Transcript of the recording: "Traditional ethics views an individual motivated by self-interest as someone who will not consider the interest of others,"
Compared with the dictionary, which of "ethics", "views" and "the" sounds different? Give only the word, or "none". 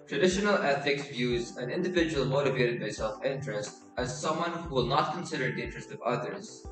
none